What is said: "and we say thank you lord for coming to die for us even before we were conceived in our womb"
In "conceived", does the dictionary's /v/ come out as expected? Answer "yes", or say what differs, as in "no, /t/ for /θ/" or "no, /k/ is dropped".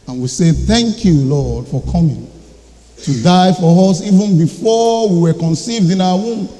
yes